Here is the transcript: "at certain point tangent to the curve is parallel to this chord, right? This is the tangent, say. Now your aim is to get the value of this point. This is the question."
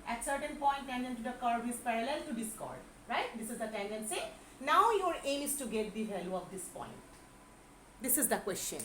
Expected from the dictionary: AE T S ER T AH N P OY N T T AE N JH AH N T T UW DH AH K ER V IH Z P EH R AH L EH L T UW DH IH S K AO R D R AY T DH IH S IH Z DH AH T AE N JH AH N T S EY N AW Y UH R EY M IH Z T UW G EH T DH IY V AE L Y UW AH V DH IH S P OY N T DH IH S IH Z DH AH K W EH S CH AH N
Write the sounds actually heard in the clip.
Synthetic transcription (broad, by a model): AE T S ER T AH N P OY N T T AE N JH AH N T T UW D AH K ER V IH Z P EH R AH L EH L T UW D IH S K AO R D R AY T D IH S IH Z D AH T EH N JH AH N S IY N AW Y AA R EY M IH S T UW G EH T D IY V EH L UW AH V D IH S P OY N T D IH S IH Z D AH K W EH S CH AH N